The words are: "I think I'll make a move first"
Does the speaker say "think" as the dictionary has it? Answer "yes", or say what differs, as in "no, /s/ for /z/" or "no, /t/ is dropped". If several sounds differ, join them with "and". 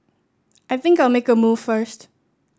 yes